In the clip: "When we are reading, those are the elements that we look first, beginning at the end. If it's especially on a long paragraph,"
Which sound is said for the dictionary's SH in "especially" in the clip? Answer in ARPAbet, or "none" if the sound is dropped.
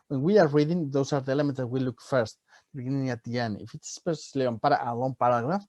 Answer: S